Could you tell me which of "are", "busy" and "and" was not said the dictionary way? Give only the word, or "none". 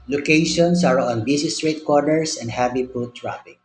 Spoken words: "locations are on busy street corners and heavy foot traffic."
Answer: busy